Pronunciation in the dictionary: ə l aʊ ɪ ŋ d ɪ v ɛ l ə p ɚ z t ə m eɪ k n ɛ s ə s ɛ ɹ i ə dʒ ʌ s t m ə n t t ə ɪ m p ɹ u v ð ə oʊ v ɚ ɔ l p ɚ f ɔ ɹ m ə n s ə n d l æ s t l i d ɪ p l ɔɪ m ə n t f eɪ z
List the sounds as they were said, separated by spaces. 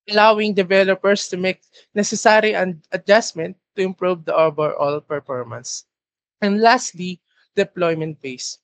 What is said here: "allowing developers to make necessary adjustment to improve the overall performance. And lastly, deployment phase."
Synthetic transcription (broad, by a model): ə l aʊ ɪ ŋ d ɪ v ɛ l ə p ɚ s t ə m eɪ k n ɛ s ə s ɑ ɹ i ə dʒ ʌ s m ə n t t ə ɪ m p ɹ u v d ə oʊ b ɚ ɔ l p ɚ f ɔ ɹ m ə n s ə n d l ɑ s t l i d ɪ p l ɔɪ m ə n t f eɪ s